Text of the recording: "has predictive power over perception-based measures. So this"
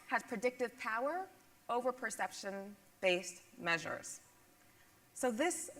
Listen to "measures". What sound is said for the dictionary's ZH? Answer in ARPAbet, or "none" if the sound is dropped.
ZH